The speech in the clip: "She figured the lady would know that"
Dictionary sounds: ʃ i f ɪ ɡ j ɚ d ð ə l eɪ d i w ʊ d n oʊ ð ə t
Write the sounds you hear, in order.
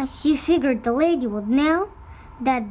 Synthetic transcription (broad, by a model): ʃ i f ɪ ɡ j ɚ d ð ə l eɪ d i w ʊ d n oʊ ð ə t